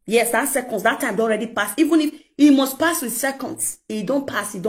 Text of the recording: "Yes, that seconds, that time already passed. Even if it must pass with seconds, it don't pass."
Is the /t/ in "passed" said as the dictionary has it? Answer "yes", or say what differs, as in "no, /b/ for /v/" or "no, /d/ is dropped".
no, /t/ is dropped